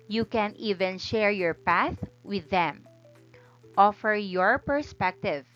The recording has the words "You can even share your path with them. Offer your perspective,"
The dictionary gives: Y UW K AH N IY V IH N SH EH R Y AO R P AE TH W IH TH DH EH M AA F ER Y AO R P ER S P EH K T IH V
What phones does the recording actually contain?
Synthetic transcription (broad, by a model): Y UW K AH N IY V IH N SH EH R Y AO R P AE TH W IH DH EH M AA F ER Y AO R P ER S P EH K T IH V